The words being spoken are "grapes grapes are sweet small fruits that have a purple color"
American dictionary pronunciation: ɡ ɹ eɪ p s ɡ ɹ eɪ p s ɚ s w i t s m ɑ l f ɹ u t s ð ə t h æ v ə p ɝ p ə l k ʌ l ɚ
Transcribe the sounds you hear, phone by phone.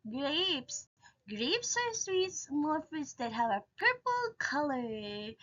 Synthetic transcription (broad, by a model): ɡ ɹ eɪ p s ɡ ɹ eɪ p s ɚ s w i t s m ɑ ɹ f ɪ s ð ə t h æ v ə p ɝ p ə l k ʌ l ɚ